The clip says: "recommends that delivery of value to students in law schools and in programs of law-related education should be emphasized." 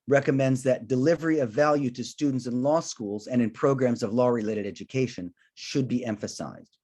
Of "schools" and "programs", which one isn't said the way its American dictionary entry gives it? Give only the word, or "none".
none